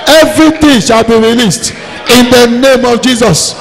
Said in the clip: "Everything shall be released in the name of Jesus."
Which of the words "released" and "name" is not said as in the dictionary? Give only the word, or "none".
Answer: none